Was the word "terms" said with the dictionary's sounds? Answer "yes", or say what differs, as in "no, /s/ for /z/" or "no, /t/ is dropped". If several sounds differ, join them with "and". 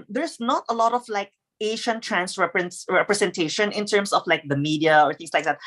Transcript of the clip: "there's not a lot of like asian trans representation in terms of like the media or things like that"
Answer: no, /s/ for /z/